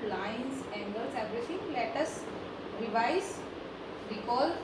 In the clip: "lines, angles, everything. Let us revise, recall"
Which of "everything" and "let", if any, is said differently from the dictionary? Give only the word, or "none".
everything